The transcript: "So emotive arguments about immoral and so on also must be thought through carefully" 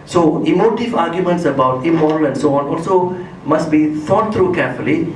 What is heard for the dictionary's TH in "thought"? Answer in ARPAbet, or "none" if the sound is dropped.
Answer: F